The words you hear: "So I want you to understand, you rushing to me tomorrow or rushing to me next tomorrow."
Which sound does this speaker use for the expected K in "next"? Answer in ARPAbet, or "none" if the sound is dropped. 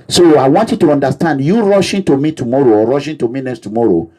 none